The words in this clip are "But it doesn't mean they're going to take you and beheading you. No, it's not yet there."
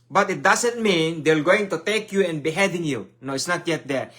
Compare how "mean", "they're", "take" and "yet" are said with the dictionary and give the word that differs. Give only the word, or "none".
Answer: they're